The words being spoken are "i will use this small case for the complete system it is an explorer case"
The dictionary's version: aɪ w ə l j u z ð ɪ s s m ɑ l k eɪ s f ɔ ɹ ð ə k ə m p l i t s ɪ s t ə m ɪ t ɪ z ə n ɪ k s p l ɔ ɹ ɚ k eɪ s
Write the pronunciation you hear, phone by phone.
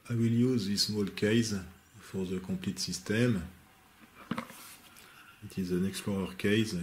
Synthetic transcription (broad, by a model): aɪ w ə l j u z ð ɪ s s m ɑ l k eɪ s f ɔ ɹ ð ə k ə p l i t s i s t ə m ɪ t ɪ z ə n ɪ k s p l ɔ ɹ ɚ k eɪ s